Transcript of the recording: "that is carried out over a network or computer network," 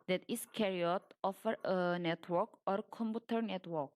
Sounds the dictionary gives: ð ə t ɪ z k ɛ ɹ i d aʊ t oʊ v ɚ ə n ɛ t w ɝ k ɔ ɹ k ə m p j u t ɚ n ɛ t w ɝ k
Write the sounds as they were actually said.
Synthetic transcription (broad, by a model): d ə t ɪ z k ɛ ɹ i ɔ t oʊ f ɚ ə n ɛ t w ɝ k ɔ ɹ k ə m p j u t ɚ n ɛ t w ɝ k